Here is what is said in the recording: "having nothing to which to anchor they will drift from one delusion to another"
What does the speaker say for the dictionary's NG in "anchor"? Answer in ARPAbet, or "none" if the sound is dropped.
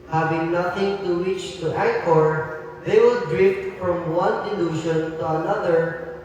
none